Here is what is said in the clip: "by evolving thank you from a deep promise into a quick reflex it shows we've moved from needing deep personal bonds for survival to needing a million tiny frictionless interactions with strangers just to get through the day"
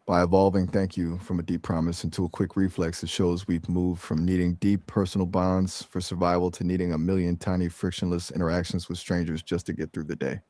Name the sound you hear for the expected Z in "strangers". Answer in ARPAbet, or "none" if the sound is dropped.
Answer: Z